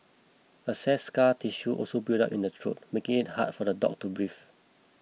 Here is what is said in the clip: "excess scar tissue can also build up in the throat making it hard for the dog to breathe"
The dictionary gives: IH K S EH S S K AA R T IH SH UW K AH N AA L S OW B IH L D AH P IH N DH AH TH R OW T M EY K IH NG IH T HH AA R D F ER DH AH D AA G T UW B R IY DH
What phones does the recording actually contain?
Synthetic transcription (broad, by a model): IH S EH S S K AA T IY SH UW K AA L S OW B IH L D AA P IH N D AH T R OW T M EY K IH NG IH T HH AA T F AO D AH D AA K T UW B R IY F